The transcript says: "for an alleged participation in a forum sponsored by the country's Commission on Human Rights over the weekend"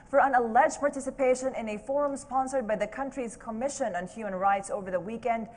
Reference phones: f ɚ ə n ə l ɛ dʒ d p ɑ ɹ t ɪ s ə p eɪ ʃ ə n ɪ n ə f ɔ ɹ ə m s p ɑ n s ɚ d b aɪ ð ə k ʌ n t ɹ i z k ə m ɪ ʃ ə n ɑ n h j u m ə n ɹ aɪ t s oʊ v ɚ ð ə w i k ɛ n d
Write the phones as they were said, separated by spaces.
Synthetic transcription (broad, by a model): f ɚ ə n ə l ɛ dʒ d p ɑ ɹ t ɪ s ə p eɪ ʃ ə n ɪ n ə f ɔ ɹ ə m s p ɑ n s ɚ d b aɪ ð ə k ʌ n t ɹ i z k ə m ɪ ʃ ə n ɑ n h j u m ə n ɹ aɪ t s oʊ v ɚ ð ə w i k ɛ n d